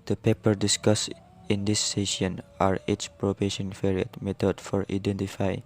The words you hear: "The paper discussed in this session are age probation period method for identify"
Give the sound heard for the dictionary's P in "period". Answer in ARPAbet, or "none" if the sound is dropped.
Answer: F